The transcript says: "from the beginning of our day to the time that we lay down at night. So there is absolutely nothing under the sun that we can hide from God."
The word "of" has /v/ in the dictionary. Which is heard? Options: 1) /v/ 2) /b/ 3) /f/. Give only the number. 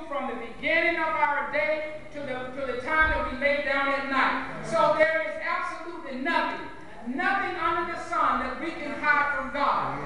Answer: 1